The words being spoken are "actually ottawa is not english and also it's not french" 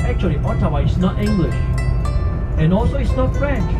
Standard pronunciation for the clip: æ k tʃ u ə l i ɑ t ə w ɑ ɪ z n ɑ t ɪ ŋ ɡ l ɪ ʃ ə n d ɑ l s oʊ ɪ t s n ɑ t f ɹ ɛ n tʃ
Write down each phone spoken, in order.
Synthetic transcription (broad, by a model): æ k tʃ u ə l i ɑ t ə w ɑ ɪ s n ɑ t ɪ ŋ ɡ l ɪ ʃ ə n ɑ l s oʊ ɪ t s n ɑ t f ɹ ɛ n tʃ